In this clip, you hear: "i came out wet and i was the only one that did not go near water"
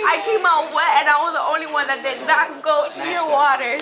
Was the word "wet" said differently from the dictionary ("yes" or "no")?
yes